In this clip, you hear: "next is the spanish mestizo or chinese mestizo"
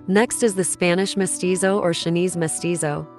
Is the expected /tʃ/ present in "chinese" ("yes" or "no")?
no